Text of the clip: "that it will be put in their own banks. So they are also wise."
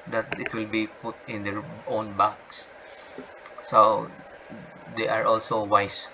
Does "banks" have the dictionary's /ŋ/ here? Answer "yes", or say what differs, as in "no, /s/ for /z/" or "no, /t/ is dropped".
no, /ŋ/ is dropped